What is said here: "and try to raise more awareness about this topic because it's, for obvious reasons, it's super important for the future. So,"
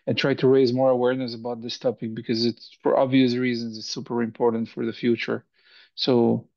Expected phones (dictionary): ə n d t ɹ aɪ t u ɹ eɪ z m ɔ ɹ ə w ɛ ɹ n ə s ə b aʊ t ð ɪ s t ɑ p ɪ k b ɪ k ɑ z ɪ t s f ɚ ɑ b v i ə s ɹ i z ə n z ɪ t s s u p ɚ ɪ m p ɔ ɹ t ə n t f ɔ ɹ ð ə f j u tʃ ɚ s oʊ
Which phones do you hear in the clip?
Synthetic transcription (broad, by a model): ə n t ɹ aɪ t u ɹ eɪ z m ɔ ɹ ə w ɛ ɹ n ə s ə b aʊ t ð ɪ s t ɑ p ɪ k b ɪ k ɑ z ɪ t s f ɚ ɑ b v i ə s ɹ i z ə n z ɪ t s s u p ɚ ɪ m p ɔ ɹ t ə n t f ɔ ɹ ð ə f j u tʃ ɚ s oʊ